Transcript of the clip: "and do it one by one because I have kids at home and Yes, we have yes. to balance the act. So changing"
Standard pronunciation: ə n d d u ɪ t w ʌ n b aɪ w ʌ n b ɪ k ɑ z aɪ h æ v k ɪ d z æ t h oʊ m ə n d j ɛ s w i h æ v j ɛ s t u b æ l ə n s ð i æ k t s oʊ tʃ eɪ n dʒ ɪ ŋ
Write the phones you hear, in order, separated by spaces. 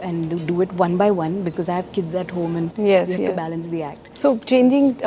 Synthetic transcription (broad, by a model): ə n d d u ɪ t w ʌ n b aɪ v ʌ n b ɪ k ɑ z aɪ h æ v k ɪ d z æ t h oʊ m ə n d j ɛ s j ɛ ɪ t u b æ l ə n s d i æ k t s oʊ tʃ eɪ n dʒ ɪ ŋ